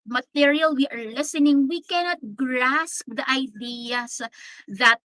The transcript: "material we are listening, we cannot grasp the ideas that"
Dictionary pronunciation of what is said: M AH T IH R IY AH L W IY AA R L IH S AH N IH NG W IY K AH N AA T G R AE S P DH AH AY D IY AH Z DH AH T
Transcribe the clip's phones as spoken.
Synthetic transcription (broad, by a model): M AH T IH R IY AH L W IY AA R L IH S AH N IH NG W IY K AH N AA T G R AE S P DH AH AY D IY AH S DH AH T